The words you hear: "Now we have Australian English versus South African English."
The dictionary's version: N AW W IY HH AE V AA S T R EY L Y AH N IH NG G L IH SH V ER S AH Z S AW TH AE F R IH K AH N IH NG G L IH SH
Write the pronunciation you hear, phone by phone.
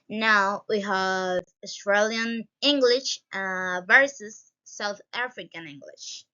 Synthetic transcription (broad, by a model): N AW W IY HH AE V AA S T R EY L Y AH N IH NG G L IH SH V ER S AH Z S AW TH AE F R IH K AH N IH NG G L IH SH